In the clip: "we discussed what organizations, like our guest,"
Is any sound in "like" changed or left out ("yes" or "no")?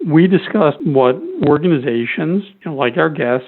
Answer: no